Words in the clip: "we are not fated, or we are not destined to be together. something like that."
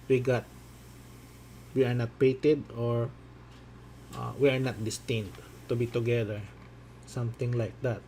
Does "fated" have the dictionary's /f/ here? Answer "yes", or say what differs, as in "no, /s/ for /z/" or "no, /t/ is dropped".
no, /p/ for /f/